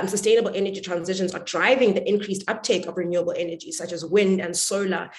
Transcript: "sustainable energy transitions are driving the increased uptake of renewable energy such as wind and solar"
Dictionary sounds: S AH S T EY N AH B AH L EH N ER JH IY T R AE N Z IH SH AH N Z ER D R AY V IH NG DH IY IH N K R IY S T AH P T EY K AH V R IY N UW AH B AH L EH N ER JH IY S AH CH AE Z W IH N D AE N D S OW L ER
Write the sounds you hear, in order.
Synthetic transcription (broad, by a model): S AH S T EY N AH B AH L EH N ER JH IY T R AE N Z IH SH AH N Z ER D R AY V IH NG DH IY IH N K R IY S T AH P T EY K AH V R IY N UW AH B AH L EH N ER JH IY S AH CH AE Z W IH N D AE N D S OW L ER